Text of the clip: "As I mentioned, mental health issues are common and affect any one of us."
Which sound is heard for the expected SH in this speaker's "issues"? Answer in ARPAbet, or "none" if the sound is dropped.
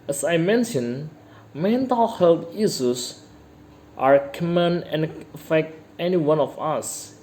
S